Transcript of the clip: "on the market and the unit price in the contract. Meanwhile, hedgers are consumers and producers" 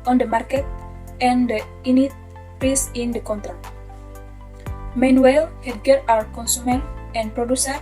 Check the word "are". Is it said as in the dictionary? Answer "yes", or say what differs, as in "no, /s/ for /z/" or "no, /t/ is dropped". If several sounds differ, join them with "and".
no, /w/ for /ɹ/